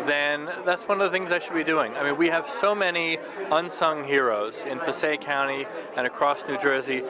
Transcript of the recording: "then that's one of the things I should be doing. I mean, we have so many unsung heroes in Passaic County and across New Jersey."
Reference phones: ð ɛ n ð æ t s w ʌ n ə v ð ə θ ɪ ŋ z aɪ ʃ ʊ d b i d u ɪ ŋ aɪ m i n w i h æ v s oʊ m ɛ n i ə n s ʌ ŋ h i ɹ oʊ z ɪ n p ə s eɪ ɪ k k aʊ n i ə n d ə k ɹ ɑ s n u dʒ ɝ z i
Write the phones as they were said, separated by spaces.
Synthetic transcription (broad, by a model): ð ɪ n ð æ t s w ʌ n ə v ð ə θ ɪ ŋ z aɪ ʃ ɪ d b i d u ɪ ŋ aɪ m i n w i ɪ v s oʊ m ɛ n i ə n s ʌ ŋ h i ɹ oʊ z ɪ n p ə s eɪ ɪ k k aʊ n i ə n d ə k ɹ ɑ s n u dʒ ɝ z i